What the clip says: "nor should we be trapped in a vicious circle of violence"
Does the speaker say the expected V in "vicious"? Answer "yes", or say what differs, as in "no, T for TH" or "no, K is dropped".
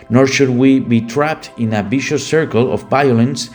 no, B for V